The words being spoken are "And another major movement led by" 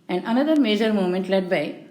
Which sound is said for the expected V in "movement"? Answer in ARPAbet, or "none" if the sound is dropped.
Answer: none